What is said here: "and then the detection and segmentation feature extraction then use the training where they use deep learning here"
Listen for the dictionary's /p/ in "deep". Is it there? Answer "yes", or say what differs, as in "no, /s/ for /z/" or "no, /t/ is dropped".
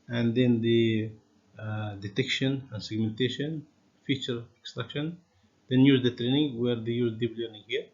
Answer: no, /b/ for /p/